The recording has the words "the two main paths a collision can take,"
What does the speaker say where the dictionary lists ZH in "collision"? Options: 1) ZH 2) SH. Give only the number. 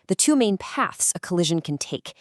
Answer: 1